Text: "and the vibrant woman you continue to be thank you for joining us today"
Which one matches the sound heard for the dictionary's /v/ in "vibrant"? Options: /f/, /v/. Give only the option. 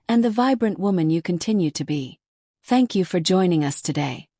/v/